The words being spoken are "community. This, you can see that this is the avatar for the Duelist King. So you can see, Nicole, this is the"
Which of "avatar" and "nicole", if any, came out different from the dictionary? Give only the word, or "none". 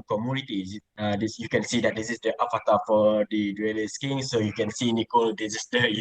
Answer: avatar